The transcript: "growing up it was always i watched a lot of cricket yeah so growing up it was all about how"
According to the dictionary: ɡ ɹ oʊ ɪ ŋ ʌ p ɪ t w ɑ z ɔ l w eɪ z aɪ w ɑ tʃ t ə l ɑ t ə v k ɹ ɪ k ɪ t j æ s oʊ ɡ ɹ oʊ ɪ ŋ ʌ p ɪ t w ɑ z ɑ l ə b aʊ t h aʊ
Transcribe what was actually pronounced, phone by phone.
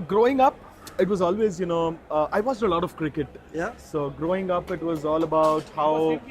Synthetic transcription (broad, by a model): ɡ ɹ oʊ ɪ ŋ ʌ p ɪ t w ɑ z ɔ l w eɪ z aɪ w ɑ s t ə l ɑ t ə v k ɹ ɪ k ɪ t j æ s oʊ ɡ ɹ oʊ ɪ ŋ ʌ p ɪ t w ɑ z ɑ l ə b aʊ t h aʊ